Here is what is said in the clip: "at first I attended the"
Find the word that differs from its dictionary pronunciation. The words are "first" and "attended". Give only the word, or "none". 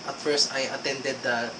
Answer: none